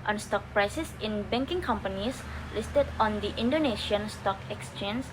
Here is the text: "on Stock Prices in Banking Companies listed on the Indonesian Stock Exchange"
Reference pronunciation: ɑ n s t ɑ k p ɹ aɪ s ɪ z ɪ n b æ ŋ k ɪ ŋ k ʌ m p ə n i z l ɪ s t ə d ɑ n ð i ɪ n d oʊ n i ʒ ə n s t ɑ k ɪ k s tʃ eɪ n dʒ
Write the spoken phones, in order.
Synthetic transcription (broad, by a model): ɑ n s t ɑ k p ɹ aɪ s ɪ s ɪ n b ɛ ŋ k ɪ ŋ k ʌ m p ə n i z l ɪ s t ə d ɑ n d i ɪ n d oʊ n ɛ ʃ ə n s t ɑ k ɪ k s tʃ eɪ n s